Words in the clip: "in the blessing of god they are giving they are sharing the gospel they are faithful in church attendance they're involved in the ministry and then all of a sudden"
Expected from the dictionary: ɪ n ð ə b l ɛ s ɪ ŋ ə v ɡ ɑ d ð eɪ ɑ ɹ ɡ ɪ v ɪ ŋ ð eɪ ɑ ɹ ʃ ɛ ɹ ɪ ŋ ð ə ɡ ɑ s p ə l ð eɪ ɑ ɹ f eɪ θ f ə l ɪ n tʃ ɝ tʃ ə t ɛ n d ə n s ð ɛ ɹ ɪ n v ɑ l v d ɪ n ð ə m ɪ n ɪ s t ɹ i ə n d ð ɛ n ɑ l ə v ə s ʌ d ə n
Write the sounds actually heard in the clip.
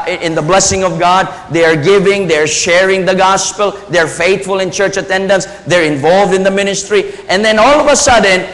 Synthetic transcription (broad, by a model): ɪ n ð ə b l ɛ s ɪ ŋ ə v ɡ ɑ d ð eɪ ɑ ɹ ɡ ɪ v ɪ ŋ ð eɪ ɑ ɹ ʃ ɛ ɹ ɪ ŋ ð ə ɡ ɑ s p ə l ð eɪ ɑ ɹ f eɪ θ f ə l ɪ n tʃ ɝ tʃ ə t ɛ n d ə n s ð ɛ ɹ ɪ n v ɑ l v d ɪ n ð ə m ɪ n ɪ s t ɹ i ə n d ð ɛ n ɑ l ə v ə s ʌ d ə n